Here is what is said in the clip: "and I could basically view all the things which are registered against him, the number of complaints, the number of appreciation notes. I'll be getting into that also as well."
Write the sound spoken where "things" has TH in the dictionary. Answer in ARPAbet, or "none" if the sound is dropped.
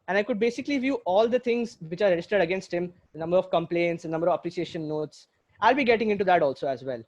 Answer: T